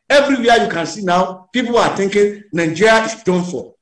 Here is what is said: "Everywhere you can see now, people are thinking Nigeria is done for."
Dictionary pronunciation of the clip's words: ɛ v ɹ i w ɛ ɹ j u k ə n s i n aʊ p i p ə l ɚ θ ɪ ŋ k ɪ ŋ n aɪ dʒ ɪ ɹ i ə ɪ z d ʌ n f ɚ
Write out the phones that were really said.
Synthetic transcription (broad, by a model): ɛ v ɹ i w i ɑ j u k ə n s i n aʊ p i p ə l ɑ t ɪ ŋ k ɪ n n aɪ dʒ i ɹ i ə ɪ s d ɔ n f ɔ